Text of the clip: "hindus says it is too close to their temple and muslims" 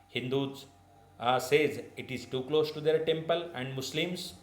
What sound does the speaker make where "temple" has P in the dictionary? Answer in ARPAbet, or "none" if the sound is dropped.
P